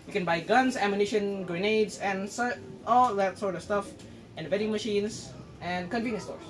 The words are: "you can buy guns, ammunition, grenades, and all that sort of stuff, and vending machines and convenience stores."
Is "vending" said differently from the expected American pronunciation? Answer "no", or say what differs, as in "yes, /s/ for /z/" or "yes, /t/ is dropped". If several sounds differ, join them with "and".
yes, /n/ is dropped